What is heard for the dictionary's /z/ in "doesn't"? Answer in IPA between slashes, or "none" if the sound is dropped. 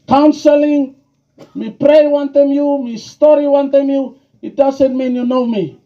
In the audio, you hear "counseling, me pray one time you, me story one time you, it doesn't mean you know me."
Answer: /s/